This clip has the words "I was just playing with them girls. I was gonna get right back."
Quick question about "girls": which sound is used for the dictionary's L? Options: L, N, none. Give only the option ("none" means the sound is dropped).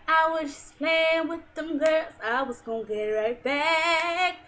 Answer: none